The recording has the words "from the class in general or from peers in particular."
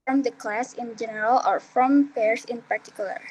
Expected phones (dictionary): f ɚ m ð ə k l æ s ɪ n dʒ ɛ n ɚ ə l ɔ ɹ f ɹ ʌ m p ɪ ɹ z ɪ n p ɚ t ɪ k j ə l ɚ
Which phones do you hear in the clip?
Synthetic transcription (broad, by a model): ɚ m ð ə k l æ s ɪ n dʒ ɛ n ɚ ə l ɔ ɹ f ɹ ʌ m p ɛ ɹ s ɪ n p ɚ t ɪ k j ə l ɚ